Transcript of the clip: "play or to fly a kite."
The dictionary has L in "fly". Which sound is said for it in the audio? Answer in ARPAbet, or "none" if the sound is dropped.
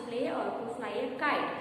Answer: N